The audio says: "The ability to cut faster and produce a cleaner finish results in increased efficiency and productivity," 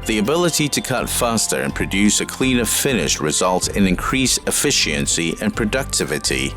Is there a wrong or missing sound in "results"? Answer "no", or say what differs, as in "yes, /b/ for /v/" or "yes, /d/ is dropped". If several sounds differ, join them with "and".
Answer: yes, /s/ is dropped